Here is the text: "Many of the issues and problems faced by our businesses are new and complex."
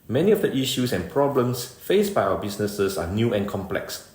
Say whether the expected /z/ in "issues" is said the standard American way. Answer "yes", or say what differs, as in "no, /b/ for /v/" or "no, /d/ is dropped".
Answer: no, /s/ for /z/